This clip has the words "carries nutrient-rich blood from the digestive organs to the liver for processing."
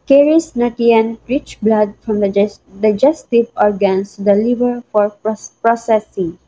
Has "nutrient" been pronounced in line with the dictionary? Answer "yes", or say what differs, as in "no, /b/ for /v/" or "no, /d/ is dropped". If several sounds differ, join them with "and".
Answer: no, /ɹ/ is dropped